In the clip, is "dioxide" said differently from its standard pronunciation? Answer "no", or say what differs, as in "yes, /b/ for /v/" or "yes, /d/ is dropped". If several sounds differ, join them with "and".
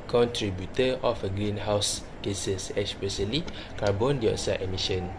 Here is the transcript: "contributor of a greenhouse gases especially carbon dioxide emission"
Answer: yes, /k/ is dropped